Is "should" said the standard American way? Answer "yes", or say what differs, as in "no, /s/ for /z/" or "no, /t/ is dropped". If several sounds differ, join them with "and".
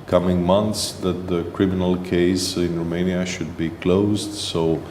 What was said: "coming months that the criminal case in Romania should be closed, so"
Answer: yes